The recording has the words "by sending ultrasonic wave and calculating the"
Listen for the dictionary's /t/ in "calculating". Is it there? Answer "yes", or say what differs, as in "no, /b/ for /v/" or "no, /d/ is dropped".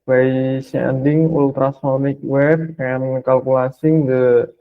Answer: no, /s/ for /t/